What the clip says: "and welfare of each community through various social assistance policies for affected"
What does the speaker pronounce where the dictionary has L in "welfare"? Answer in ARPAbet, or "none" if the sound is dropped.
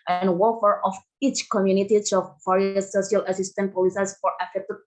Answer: none